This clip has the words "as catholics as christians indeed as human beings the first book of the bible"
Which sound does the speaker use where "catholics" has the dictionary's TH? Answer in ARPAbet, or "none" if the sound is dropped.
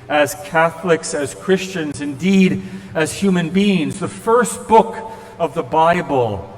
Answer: TH